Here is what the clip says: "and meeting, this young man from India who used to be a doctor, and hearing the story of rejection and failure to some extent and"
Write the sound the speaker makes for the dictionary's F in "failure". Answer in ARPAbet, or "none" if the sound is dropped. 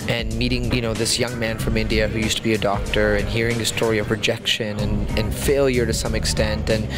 F